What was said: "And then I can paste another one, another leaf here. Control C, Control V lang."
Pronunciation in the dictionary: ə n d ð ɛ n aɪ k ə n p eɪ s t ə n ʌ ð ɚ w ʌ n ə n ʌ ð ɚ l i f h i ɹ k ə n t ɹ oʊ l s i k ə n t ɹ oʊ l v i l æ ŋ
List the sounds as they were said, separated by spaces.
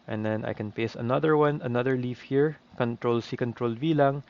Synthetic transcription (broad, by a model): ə n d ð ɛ n aɪ k ə n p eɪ s ə n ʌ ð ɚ w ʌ n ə n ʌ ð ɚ l i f h i ɹ k ə n t ɹ oʊ l s i k ə n t ɹ oʊ l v i l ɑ ŋ